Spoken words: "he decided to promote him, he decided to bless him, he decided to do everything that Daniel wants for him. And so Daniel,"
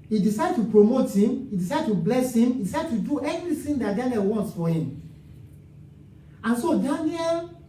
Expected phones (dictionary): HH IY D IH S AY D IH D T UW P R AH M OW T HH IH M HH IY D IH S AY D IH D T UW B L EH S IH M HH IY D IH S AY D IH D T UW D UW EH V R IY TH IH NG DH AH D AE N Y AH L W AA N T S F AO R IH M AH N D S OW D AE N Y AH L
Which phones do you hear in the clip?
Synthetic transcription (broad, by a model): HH IY D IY S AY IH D T UW P R AH M OW T HH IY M IY D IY S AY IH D T UW B L EH S IH M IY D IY S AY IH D T UW D UW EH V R IY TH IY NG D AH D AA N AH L W AA N T S F AO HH IH M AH N S OW D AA N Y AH L